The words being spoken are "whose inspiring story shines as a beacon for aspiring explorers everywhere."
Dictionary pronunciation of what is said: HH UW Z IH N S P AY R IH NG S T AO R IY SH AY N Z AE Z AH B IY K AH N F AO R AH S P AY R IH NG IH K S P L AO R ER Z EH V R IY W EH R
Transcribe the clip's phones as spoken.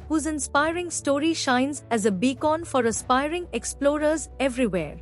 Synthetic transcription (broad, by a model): HH UW Z IH N S P AY R IH NG S T AO R IY SH AY N Z AE Z AH B IY K AH N F AO R AH S P AY R IH NG IH K S P L AO R ER Z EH V R IY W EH R